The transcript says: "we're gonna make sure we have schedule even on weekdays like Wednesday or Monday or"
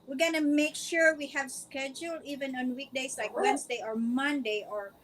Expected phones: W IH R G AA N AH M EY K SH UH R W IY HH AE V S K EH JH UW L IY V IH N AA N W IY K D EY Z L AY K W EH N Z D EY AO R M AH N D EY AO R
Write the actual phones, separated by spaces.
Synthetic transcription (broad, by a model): W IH R G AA N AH M EY K SH UH R W IY HH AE V S K EH JH UW L IY V IH N AA N W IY K D EY S L AY K W EH N S D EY AO R M AH N D EY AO R